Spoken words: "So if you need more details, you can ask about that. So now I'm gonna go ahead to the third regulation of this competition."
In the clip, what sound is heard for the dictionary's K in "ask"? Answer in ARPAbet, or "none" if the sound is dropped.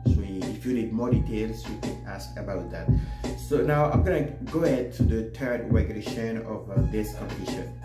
K